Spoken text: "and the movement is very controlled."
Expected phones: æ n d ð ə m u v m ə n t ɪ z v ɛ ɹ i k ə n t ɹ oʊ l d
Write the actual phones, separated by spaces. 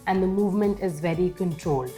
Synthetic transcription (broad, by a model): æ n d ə m u v m ə n t ɪ z v ɛ ɹ i k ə n t ɹ oʊ l d